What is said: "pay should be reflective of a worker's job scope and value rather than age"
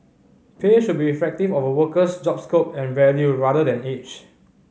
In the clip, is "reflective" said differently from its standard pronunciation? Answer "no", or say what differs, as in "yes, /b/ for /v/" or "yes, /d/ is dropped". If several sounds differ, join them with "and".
yes, /l/ is dropped